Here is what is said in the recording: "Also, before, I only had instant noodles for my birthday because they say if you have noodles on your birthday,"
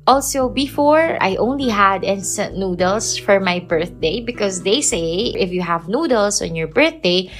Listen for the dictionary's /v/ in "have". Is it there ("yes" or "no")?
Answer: yes